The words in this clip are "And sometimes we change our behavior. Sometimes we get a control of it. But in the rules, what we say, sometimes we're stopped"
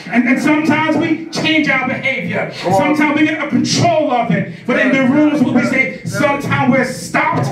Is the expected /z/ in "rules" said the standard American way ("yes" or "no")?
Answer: yes